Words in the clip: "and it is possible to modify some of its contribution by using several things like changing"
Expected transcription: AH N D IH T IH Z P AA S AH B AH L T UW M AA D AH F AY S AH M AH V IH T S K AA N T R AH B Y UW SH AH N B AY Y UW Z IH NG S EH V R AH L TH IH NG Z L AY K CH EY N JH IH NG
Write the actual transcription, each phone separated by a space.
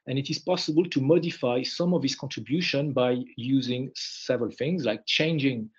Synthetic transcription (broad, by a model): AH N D IH T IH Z P AA S AH B AH L T UW M AA D AH F AY S AH M AH V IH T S K AA N T R AH B Y UW SH AH N B AY Y UW Z IH NG S EH V R AH L TH IH NG Z L AY K CH EY N JH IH NG